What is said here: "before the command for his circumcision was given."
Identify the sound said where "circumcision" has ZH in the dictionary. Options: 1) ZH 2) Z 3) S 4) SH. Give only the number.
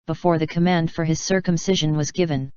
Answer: 1